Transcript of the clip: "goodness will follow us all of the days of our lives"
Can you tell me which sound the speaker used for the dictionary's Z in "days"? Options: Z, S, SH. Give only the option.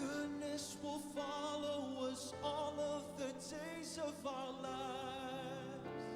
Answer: Z